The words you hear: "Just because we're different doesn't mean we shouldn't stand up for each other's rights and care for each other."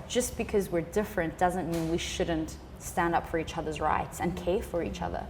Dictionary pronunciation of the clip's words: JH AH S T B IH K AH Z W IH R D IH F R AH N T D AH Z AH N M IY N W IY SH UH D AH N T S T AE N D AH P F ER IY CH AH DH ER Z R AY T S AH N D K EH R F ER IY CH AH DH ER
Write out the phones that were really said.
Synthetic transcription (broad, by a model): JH AH S B IH K AH Z W IH R D IH F R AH N D AH Z AH N M IY N W IY SH UH D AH N T S T AE N D AH P F ER IY CH AH DH ER Z R AY T S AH N K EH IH F ER IY CH AH DH ER